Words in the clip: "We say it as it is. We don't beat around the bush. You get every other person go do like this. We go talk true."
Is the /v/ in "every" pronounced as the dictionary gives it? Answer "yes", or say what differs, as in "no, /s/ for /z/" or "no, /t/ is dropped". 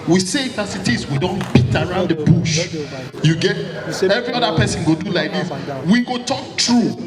yes